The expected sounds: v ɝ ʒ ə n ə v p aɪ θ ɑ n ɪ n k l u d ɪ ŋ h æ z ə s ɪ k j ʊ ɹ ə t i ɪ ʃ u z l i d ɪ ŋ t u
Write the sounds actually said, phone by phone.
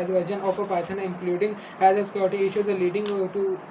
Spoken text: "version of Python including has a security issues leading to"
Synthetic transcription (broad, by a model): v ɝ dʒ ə n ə p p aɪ t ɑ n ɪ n k l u d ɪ ŋ h æ z ə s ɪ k j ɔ ɹ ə t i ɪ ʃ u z l i d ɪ ŋ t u